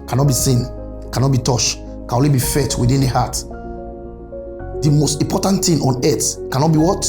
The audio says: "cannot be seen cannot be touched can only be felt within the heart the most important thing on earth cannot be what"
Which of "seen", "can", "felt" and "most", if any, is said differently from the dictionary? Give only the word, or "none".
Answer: felt